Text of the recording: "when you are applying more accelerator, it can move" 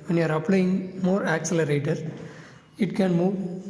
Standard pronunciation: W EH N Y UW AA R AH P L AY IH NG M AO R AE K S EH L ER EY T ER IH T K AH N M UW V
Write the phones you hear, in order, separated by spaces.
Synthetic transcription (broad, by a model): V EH N Y UW AA R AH P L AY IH NG M AO R AE K S EH L ER EY T ER IH T K AH N M UW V